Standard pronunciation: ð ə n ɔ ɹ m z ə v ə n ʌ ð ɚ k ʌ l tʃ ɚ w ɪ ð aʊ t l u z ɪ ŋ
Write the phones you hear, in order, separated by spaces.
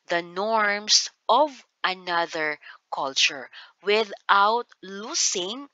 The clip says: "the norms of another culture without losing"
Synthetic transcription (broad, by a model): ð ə n ɔ ɹ m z ə v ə n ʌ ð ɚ k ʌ l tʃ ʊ w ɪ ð aʊ t l u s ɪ ŋ